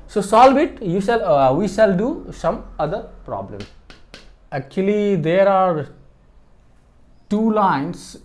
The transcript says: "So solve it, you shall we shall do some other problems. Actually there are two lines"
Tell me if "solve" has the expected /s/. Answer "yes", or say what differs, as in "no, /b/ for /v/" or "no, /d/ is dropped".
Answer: yes